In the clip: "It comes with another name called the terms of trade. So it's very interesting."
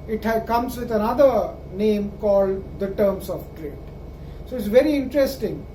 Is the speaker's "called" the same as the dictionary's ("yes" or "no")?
yes